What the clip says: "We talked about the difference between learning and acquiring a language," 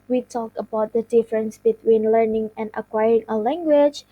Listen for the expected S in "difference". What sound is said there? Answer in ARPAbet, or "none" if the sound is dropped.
S